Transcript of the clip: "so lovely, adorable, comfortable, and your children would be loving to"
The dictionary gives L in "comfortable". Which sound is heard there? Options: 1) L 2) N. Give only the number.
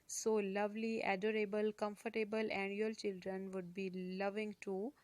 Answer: 1